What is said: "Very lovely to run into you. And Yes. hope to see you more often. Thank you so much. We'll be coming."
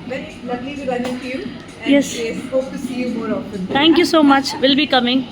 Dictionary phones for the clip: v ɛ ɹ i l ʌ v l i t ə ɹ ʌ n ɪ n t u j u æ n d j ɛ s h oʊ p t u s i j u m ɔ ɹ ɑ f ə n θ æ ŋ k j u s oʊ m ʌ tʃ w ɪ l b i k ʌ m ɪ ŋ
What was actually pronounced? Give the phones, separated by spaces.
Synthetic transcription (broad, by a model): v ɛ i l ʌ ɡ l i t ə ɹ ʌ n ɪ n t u j u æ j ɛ s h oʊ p t u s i j u m ɔ ɹ ɑ f ə n t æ ŋ k j u s oʊ m ʌ tʃ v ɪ l b i k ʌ m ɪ ŋ